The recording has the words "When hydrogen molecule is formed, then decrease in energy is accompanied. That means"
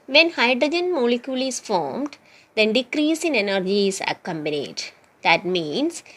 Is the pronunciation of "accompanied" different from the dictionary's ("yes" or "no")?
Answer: yes